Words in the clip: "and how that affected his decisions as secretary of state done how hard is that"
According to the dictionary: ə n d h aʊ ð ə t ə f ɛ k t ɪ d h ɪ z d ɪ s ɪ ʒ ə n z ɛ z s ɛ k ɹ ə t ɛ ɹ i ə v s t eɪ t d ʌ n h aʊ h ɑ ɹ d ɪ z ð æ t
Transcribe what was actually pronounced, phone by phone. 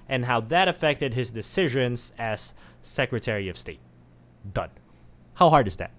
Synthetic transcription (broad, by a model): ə n h aʊ ð ə t ə f ɛ k t ɪ d h ɪ z d ɪ s ɪ ʒ ə n z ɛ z s ɛ k ɹ ə t ɛ ɹ i ə v s t eɪ t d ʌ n h aʊ h ɑ ɹ d ɪ z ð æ t